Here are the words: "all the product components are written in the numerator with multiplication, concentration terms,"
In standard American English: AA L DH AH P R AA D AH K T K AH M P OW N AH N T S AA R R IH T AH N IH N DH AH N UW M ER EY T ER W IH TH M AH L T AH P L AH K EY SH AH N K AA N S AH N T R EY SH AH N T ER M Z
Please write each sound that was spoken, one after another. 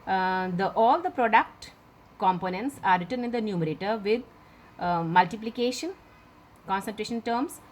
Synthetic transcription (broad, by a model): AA L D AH P R AA D AH K T K AH M P OW N AH N T S AA R R IH T AH N IH N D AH N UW M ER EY T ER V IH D M AH L T AH P L AH K EY SH AH N K AA N S AH N T R EY SH AH N T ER M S